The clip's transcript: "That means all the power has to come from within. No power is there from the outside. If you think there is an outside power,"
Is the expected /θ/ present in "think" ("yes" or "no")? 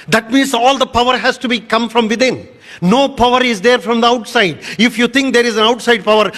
no